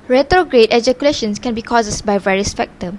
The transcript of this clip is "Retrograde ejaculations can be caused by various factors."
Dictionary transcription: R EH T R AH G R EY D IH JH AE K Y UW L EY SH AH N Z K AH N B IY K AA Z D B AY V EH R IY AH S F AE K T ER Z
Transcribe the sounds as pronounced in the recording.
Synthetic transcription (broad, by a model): R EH T R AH G R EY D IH JH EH K Y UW L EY SH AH N S K AH N B IY K AA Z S B AY V EH R IY AH S F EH K T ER